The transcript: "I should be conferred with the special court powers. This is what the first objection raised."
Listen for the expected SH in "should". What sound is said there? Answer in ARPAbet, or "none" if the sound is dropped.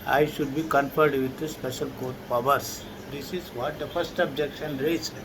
SH